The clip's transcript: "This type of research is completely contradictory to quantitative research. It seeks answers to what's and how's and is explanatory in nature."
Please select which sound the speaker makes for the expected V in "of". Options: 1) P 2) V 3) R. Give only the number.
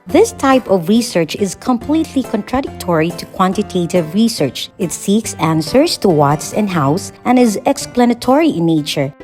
2